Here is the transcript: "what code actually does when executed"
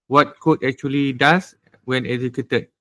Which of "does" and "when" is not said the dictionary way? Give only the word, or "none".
does